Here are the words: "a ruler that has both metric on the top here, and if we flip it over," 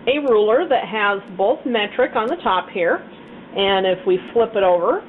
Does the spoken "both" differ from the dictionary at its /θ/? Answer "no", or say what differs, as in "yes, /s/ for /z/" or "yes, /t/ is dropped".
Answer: no